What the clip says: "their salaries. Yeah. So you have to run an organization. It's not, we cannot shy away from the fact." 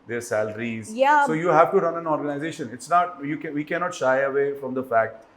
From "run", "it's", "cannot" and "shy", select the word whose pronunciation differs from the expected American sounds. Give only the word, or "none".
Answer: none